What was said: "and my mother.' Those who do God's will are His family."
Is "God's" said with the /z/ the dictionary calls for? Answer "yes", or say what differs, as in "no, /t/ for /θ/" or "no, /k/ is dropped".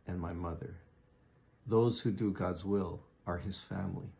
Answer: yes